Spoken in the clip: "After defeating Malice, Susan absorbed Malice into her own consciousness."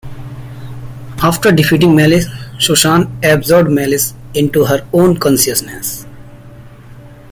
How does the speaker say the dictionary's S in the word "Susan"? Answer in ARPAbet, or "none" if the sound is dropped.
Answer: SH